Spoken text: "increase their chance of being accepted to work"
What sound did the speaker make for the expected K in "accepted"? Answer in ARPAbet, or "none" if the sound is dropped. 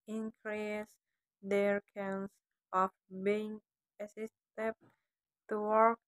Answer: none